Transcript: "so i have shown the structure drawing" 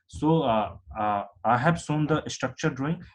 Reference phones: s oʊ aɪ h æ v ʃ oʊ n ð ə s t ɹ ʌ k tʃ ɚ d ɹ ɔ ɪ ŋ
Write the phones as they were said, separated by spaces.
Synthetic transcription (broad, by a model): s oʊ aɪ h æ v s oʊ n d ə s t ɹ ʌ k tʃ ɚ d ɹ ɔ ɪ ŋ